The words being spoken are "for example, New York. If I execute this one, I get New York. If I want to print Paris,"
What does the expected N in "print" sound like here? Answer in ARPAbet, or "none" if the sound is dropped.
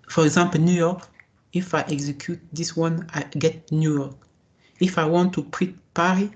none